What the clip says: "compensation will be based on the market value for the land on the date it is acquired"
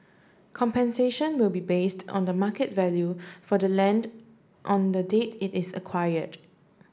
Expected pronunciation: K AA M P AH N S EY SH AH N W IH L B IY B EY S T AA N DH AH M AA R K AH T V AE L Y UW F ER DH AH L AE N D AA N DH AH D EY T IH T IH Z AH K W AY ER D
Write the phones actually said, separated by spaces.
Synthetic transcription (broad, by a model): K AA M P AH N S EY SH AH N W IH L B IY B EY S T AA N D AH M AA K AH T V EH L Y UW F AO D AH L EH N D AA N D AH D EY T IH T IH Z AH K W AY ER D